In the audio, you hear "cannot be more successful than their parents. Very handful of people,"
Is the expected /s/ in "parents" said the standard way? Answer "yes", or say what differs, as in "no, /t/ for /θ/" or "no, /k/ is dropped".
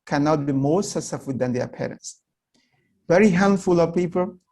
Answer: yes